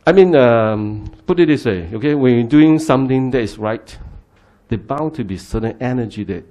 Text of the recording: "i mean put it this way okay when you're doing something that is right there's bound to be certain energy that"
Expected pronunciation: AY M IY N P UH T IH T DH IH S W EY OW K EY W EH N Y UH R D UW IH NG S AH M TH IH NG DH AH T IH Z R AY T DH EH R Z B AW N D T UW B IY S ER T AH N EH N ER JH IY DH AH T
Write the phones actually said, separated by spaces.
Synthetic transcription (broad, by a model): AY M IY N P UH T IH T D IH S W EY OW K EY W EH N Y D UW IH NG S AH M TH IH NG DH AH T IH S R AY T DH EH B AW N T UW B IY S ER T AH N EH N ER JH IY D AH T